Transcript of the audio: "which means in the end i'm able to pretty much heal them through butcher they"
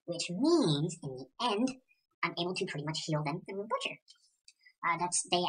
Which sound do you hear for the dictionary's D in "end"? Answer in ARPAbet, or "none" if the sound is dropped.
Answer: D